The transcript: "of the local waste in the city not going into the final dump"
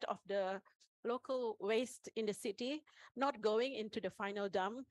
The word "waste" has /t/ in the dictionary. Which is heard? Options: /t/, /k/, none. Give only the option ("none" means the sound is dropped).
/t/